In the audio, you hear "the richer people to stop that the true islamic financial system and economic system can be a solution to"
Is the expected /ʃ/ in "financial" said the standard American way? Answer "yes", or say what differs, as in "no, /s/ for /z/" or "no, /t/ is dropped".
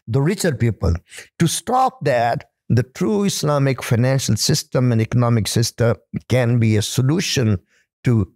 yes